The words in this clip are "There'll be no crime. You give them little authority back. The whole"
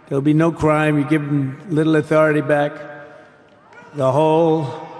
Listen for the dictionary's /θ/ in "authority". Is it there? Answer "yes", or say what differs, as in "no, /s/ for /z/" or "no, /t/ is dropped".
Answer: yes